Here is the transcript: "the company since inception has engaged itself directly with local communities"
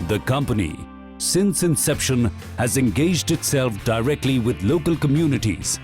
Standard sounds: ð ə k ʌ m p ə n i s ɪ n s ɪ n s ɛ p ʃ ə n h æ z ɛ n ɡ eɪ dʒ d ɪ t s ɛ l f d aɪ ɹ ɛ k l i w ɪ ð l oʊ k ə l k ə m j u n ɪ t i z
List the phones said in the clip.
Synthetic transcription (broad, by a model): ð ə k ʌ m p ə n i s ɪ n s ɪ n s ɛ p ʃ ə n h æ z ɛ n ɡ eɪ dʒ d ɪ t s ɛ l f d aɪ ɹ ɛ k l i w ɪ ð l oʊ k ə l k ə m j u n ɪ t i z